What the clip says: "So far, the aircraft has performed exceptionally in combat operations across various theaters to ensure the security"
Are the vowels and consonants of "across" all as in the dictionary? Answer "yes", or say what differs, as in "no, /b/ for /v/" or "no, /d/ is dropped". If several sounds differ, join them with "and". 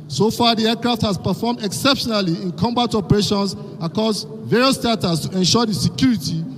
no, /ɹ/ is dropped